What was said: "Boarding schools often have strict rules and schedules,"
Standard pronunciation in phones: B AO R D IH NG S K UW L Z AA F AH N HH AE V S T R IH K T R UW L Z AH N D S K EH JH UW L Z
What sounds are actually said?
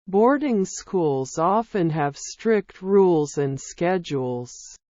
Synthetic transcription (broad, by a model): B AO R D IH NG S K UW L Z AA F AH N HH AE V S T R IH K T R UW L Z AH N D S K EH JH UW L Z